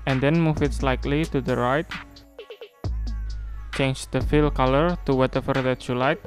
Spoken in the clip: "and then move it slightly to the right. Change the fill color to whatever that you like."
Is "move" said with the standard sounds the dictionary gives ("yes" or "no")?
no